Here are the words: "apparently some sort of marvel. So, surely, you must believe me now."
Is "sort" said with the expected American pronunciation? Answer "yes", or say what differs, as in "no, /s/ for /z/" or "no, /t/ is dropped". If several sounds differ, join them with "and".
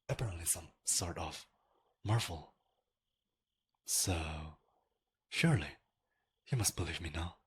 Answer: yes